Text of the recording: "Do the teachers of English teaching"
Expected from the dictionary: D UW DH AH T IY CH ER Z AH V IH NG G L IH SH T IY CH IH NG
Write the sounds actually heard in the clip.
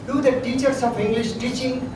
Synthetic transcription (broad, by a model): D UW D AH T IY CH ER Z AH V IH NG G L IH SH T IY CH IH NG